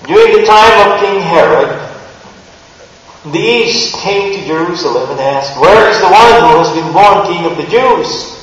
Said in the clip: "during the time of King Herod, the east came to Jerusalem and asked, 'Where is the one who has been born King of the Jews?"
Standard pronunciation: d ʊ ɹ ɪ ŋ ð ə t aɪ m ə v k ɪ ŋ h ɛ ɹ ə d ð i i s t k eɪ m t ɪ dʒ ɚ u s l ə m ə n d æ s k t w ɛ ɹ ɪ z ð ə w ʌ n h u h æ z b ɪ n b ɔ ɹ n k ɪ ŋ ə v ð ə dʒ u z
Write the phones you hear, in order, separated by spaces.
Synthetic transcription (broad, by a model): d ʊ ɹ ɪ ŋ ð ə t aɪ m ə v k ɪ ŋ h ɛ ɹ ə d ð i i s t k eɪ m t ɪ dʒ ɚ u s l ə m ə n æ s k t w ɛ ɹ ɪ z ð ə w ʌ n h u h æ z b ɪ n b ɔ ɹ n k ɪ ŋ ə v ð ə dʒ u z